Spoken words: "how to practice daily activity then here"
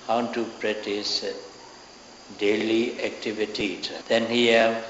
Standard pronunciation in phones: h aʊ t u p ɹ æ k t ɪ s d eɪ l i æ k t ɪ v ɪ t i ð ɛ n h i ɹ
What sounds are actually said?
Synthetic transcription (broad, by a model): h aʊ t u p ɹ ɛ t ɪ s d eɪ l i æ k t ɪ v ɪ t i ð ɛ n h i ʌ